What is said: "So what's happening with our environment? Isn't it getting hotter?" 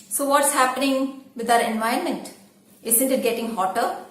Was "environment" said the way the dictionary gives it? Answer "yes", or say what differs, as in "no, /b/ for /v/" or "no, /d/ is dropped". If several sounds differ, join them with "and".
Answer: no, /ɹ/ is dropped